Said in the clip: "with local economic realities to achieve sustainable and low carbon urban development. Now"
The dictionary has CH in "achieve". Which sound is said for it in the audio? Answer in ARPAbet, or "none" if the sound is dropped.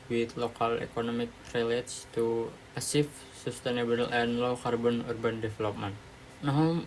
S